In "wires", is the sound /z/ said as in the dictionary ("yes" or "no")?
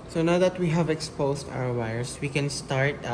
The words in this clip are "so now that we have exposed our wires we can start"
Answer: no